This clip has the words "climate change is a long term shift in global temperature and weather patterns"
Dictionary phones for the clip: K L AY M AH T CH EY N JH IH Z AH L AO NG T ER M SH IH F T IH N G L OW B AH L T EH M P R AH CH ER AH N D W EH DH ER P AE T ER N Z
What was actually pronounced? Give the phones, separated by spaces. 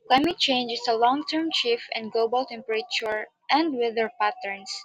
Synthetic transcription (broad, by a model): K L AY M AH T CH EY N JH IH S AH L AO NG T ER M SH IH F IH N G L OW B AH L T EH M P R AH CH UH AH N D W EH DH ER P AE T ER N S